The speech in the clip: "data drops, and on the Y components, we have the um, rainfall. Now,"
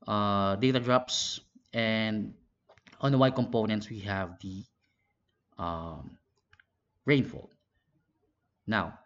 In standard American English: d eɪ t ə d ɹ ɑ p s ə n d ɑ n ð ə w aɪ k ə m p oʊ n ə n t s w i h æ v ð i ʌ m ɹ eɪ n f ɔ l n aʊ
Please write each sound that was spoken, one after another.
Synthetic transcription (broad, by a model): d eɪ t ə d ɹ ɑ p s ə n d ɑ n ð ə w aɪ k ə m p oʊ n ə n t s w i h æ v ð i ʌ m ɹ eɪ n f ɔ l n aʊ